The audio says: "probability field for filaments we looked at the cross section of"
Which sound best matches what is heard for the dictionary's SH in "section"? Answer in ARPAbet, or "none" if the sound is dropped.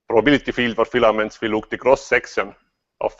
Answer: S